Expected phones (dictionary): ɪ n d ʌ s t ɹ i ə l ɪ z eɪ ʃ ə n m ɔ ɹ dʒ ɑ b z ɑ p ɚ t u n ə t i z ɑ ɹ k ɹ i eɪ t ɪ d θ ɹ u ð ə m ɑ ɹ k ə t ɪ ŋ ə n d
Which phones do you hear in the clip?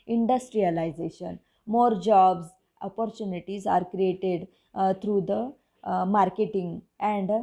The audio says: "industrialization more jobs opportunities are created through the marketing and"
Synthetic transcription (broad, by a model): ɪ n d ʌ s t ɹ i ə l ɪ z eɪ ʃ ə n m ɔ ɹ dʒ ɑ b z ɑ p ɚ t u n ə t i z ɑ ɹ k ɹ i eɪ t ɪ d t ɹ u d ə m ɑ ɹ k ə t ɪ ŋ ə n d